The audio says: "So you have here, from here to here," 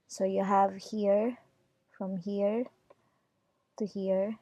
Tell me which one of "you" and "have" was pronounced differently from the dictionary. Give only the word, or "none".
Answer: none